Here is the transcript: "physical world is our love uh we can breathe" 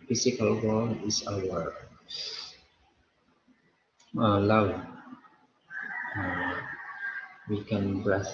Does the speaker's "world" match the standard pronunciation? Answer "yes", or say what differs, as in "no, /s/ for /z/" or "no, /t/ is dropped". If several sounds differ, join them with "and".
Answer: no, /d/ is dropped